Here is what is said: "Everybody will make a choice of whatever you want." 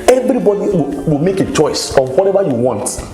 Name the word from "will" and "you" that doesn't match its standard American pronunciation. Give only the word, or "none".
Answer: will